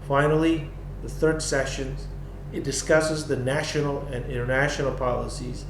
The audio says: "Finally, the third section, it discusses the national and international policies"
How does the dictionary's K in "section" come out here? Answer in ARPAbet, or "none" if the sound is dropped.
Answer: none